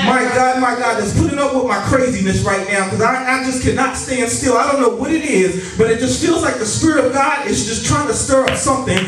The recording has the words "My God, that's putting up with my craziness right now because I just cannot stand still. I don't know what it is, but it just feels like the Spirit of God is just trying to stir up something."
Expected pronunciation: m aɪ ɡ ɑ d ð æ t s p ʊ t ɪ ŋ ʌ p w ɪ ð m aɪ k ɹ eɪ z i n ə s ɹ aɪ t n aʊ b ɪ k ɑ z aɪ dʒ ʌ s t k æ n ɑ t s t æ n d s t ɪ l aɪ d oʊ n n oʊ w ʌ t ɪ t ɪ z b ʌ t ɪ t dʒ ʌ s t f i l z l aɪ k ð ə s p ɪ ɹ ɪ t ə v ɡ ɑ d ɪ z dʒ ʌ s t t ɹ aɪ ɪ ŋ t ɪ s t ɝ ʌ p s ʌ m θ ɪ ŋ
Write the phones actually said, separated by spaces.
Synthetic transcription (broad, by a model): m aɪ ɡ ɑ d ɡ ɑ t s p ʊ t ɪ ŋ ʌ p w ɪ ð m aɪ k ɹ eɪ z i n ə s ɹ aɪ t n aʊ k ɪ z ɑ aɪ dʒ ʌ s k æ n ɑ t s t æ n d s t ɪ l aɪ d oʊ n n oʊ w ʌ t ɪ t ɪ z b ʌ t ɪ t dʒ ʌ s t f i l z l aɪ k ð ə s p ɪ ɹ ɪ t ə v ɡ ɑ d ɪ z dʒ ʌ s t t ɹ aɪ ɪ ŋ t ɪ s t ɝ ʌ p s ʌ m θ ɪ ŋ